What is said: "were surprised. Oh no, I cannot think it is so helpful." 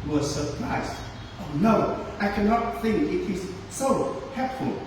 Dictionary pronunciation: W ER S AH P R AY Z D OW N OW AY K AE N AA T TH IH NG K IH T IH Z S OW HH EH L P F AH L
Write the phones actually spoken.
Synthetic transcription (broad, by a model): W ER S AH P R AY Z OW N OW AY K AE N AA T TH IH NG K IH T IH Z S OW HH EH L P F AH L